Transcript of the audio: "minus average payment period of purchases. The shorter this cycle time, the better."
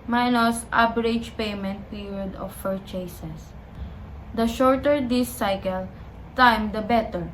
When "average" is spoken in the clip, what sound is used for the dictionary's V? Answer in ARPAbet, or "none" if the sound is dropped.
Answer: B